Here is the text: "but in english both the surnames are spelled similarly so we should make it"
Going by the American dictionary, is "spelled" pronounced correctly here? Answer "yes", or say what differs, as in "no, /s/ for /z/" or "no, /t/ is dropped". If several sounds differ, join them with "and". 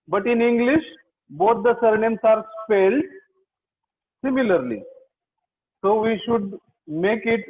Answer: no, /f/ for /p/